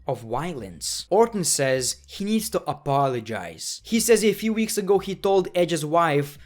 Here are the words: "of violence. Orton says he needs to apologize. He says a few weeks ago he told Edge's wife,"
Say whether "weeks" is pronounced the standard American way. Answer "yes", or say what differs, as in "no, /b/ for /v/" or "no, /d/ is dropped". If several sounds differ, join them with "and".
yes